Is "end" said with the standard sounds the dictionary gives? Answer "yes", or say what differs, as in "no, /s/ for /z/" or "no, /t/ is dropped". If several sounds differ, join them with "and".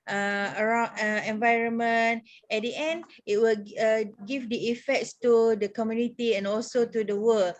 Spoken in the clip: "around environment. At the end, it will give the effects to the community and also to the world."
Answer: yes